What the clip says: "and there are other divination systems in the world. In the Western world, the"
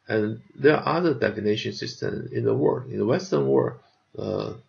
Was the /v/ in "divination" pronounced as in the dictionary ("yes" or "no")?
no